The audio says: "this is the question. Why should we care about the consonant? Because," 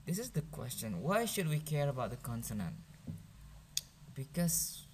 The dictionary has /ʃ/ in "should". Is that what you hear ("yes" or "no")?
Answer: yes